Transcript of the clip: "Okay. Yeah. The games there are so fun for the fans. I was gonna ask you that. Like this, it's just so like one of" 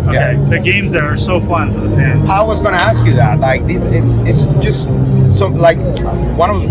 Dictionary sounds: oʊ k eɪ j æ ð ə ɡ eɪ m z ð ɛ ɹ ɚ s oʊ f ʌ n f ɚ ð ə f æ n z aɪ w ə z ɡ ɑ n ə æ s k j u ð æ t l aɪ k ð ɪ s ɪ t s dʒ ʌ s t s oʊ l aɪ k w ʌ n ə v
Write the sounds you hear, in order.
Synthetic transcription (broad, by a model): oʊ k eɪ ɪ ð ə ɡ eɪ m z ð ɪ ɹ ɚ s oʊ f ʌ n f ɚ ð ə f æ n aɪ w ə z ɡ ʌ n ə æ s k j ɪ ð æ t l aɪ k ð ɪ s ɪ t s dʒ ʌ s t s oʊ l aɪ k w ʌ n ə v